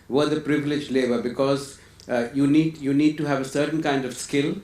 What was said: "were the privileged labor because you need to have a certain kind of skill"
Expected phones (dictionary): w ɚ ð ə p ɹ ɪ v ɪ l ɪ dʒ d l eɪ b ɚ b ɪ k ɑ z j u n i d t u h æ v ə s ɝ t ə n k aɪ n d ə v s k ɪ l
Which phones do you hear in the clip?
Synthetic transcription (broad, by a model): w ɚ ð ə p ɹ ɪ v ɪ l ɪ dʒ l eɪ b ɚ b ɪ k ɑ z j u n i d t u h æ v ə s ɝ t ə n k aɪ n d ə v s k ɪ l